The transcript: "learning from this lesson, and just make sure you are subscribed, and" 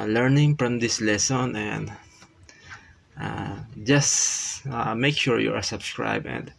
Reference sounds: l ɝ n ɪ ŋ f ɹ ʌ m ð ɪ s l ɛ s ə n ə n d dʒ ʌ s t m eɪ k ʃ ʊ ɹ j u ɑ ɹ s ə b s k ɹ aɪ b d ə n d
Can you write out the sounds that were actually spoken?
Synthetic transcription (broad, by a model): l ɝ n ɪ ŋ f ɹ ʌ m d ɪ s l ɛ s ə n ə n d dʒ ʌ s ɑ m eɪ k ʃ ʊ ɹ j u ɑ ɹ s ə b s k ɹ aɪ b ə n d